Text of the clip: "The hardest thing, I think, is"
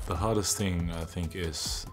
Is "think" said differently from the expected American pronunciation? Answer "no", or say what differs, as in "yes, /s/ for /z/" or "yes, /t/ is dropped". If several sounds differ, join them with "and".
no